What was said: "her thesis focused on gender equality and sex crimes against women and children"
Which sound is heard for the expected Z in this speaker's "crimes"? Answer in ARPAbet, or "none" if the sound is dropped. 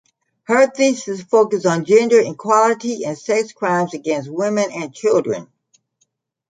Z